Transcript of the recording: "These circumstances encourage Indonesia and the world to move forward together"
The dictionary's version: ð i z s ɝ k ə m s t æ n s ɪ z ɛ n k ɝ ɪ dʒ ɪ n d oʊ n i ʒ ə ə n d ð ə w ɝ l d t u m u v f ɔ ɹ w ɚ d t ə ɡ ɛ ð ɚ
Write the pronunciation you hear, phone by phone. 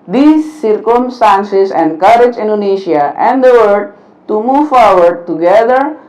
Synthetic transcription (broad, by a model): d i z s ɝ k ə m s t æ n s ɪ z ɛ n k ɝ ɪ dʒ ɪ n d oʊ n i ʃ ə ə n d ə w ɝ d t u m u v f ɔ ɹ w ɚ d t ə ɡ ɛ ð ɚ